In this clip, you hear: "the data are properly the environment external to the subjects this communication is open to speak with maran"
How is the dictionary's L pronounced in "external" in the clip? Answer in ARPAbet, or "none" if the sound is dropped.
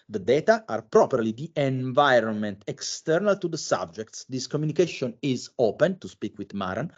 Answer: L